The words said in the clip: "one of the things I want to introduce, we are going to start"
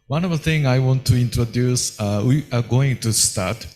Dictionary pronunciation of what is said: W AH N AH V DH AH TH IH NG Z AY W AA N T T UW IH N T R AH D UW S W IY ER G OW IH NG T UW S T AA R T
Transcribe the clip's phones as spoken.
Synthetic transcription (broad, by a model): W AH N AH V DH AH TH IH NG AY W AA N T T UW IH N T R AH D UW S W IY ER G OW IH NG T UW S T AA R T